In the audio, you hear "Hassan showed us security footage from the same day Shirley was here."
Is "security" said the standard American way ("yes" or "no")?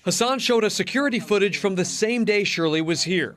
yes